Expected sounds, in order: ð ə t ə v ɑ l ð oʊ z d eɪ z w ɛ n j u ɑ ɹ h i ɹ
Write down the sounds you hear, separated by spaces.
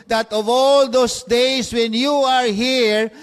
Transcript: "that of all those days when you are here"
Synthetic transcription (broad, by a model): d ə t ə v ɑ l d oʊ s d eɪ s w ɛ n j u ɑ ɹ h i ɹ